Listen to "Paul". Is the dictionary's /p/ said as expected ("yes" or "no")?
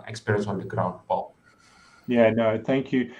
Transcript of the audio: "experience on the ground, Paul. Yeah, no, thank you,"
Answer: no